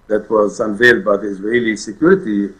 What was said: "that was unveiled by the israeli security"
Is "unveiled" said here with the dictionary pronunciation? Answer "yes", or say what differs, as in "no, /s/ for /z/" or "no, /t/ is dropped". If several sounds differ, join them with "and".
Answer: yes